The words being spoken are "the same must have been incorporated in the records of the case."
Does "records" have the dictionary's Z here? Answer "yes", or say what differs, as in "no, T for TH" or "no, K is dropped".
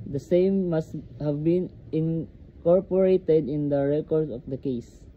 no, Z is dropped